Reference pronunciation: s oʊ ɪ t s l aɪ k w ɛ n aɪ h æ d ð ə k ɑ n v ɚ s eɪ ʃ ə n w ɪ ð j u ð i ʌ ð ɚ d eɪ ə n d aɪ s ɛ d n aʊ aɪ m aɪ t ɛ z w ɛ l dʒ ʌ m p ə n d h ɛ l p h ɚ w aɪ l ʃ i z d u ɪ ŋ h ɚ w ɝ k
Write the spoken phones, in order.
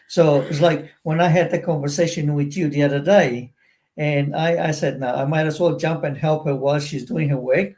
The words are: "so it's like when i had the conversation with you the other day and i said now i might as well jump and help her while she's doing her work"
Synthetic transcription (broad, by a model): s oʊ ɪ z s l aɪ k w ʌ n aɪ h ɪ d ð ə k ɑ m v ɚ s eɪ ʃ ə n w ɪ ð j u ð i ʌ ð ɚ d eɪ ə n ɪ aɪ s ɛ d n aʊ aɪ m aɪ t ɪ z w ɛ l dʒ ʌ m p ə n h ɛ l p h ɚ w aɪ l ʃ i z d u ɪ ŋ h ɚ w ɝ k